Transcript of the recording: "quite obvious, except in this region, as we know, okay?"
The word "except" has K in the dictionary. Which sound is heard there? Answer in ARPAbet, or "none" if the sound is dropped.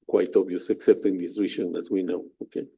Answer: K